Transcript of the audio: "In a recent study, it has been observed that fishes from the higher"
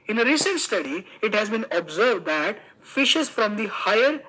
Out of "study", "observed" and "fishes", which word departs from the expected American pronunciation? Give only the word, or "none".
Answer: none